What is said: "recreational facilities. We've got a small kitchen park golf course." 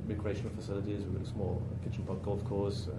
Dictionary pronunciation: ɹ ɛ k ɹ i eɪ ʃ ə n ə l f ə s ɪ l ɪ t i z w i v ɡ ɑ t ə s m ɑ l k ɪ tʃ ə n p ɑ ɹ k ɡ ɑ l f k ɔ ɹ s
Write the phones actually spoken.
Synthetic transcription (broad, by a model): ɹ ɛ k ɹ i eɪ ʃ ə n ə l f ə s ɪ l ɪ t i z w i ɡ ɑ t ə s m ɑ l k ɪ tʃ ə n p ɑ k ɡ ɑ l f k ɔ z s